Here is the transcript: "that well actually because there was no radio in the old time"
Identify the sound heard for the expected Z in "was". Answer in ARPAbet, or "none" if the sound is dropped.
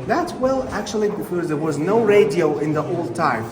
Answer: Z